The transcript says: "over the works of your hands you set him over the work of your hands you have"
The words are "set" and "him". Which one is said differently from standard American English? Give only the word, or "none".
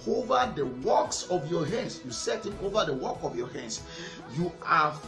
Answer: none